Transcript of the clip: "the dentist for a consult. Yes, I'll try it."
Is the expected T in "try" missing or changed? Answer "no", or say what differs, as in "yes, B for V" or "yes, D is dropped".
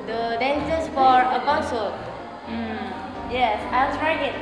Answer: yes, S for T